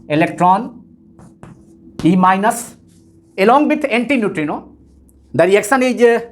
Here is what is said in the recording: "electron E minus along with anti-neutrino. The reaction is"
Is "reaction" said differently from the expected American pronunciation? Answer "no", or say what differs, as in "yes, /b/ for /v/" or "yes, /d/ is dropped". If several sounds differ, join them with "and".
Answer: yes, /s/ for /ʃ/